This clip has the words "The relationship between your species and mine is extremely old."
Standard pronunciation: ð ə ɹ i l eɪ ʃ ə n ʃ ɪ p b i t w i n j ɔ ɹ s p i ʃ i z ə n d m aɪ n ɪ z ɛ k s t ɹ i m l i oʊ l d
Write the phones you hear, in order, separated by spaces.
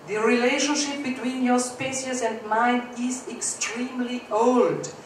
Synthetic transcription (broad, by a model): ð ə ɹ i l eɪ ʃ ə n ʃ ɪ p b i t w i n j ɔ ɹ s p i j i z ə n d m aɪ n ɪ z ɛ k s t ɹ i m l i oʊ l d